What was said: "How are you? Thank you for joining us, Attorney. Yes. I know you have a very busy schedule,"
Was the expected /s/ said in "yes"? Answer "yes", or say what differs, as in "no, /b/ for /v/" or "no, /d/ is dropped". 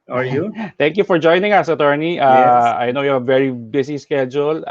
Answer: no, /s/ is dropped